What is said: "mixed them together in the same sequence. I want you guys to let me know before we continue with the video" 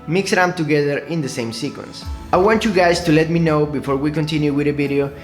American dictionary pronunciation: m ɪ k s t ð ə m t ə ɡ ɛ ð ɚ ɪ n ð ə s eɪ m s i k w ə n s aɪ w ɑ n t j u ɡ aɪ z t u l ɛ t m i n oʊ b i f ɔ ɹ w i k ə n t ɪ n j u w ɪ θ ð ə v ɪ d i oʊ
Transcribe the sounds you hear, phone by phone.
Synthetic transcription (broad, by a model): m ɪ k s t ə t ə ɡ ɛ ð ɚ ɪ n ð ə s eɪ m s i k w ə n s aɪ w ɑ n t j u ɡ aɪ s t u l ɛ t m i n oʊ b i f ɔ ɹ w i k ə n t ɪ n j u w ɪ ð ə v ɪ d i oʊ